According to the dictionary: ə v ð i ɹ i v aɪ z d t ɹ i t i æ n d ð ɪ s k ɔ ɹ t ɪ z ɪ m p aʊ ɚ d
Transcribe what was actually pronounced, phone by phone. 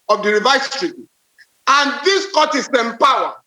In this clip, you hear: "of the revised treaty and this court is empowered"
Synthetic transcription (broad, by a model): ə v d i ɹ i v aɪ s t ɹ i t i n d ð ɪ s k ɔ t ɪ s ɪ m p aʊ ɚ